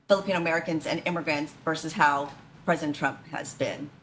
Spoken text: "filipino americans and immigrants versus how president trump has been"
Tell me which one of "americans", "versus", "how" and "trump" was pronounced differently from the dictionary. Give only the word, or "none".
none